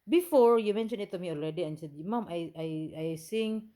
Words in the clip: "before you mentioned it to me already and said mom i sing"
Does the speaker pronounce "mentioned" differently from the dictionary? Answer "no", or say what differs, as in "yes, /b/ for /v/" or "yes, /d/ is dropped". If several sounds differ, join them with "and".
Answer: yes, /d/ is dropped